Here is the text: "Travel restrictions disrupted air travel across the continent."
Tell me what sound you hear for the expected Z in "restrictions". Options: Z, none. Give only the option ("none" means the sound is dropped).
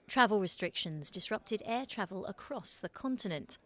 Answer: Z